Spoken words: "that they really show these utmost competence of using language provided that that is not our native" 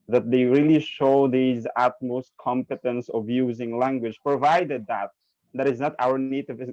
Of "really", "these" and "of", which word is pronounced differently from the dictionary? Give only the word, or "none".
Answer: none